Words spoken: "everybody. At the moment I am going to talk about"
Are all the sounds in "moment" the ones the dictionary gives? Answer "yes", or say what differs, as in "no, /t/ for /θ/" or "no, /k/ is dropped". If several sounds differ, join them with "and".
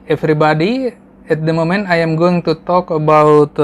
no, /t/ is dropped